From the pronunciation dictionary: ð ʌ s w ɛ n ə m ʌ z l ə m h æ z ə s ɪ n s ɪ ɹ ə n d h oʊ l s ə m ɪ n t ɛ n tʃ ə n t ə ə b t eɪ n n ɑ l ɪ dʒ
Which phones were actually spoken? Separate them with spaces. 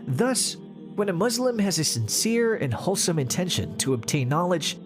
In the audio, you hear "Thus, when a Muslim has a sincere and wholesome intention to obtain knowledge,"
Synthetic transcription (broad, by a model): ð ʌ s w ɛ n ə m ʌ z l ə m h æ z ə s ɪ n s ɪ ɹ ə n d h oʊ l s ə m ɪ n t ɛ n ʃ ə n t ə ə b t eɪ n n ɑ l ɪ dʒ